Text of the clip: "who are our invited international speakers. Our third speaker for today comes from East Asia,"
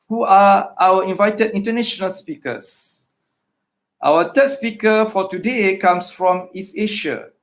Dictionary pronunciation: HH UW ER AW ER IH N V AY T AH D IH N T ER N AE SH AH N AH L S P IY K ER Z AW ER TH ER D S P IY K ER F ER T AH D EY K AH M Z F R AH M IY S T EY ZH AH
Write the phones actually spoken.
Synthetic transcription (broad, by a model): HH UW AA AW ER IH N V AY T AH D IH N T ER N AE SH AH N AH L S P IY K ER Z AW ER T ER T S P IY K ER F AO T AH D EY K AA M S F R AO M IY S EY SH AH